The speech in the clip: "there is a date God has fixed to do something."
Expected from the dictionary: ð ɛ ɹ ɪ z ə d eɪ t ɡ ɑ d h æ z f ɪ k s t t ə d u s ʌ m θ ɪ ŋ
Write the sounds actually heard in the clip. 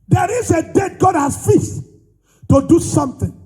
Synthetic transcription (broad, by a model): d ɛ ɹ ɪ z ə d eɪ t ɡ ɑ d h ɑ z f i s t t ə d u s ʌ m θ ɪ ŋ